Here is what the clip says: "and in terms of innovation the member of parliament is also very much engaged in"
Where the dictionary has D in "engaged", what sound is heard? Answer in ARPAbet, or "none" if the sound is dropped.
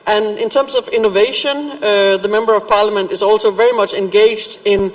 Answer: D